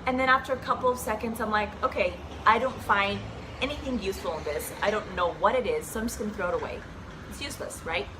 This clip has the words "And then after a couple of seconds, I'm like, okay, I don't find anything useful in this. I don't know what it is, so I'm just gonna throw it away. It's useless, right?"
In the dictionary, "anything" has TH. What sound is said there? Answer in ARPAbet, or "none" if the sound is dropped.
TH